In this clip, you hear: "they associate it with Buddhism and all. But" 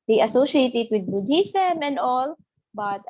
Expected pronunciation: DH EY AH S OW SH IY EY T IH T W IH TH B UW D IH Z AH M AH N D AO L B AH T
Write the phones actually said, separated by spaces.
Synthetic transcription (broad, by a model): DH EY AH S OW SH IY EY T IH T W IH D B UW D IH S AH M AH N D AO L B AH T